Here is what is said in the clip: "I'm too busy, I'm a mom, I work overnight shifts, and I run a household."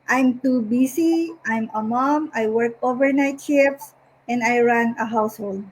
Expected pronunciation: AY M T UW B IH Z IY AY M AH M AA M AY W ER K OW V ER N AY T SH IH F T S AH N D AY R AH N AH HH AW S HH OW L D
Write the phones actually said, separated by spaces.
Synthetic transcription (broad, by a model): AY M T UW B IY S IY AY M AH M AA M AY W ER K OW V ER N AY T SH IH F S AH N D AY R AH N AH HH AW S HH OW L D